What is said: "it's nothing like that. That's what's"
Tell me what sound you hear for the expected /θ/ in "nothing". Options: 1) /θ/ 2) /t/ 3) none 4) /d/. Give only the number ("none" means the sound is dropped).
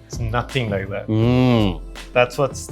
1